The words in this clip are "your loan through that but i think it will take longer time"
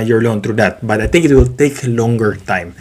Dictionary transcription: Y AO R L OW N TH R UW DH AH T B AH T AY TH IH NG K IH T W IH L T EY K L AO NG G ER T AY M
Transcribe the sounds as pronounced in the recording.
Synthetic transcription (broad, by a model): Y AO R L OW N T R UW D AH T B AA T AY T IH NG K IH T W IH L T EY K L AO NG G ER T AY M